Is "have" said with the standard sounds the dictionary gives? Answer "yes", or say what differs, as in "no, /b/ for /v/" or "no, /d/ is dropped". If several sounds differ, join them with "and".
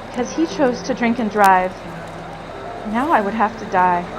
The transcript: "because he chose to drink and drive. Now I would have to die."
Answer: no, /f/ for /v/